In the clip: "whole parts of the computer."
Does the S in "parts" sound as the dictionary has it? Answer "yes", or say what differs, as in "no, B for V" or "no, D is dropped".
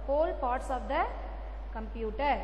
yes